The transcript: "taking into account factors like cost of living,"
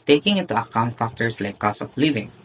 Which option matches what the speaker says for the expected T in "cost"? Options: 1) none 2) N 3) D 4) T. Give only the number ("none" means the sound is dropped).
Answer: 1